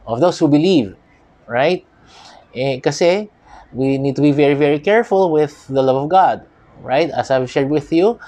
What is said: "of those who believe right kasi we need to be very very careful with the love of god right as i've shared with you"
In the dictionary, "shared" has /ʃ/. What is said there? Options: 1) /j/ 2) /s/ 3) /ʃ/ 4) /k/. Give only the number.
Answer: 3